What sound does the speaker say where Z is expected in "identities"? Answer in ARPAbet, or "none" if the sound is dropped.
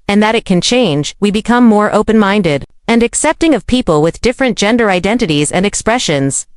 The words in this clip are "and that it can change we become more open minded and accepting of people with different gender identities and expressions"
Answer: Z